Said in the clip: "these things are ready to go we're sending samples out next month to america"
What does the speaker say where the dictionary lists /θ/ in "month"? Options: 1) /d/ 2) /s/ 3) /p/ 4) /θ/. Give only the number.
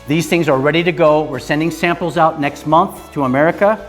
4